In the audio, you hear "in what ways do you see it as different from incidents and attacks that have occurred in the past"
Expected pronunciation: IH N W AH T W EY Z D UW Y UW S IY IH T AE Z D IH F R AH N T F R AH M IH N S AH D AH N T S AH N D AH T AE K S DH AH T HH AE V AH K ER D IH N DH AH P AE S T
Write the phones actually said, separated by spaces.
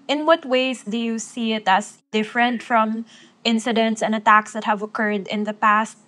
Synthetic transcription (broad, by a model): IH N W AH T W EY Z D UW Y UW S IY IH T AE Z D IH F R AH N T F R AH M IH N S AH D AH N T S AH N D AH T AE K S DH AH T HH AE V AH K ER D IH N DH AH P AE S T